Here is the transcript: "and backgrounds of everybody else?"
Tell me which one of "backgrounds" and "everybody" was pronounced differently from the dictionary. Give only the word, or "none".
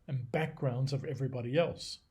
none